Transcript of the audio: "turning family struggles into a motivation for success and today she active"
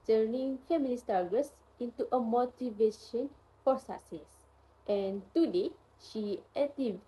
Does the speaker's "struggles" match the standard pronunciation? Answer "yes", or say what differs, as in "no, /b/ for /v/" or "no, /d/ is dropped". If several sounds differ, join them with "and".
no, /ɹ/ is dropped